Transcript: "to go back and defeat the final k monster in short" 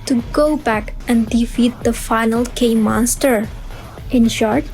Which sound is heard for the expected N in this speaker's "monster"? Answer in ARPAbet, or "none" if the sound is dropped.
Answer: N